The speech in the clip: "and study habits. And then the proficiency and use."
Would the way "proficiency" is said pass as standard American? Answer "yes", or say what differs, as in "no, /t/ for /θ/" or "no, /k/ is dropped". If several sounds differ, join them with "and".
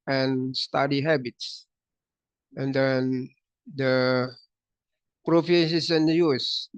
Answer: no, /s/ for /ʃ/ and /n/ is dropped